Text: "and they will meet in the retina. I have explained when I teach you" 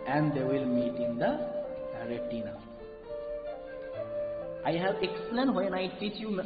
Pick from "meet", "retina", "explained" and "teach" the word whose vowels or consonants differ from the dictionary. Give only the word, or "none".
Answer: explained